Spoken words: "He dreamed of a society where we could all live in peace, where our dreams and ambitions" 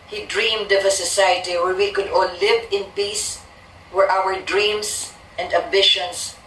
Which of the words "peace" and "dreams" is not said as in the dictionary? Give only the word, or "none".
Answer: dreams